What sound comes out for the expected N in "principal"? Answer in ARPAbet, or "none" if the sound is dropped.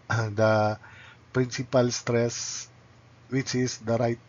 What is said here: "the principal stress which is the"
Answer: N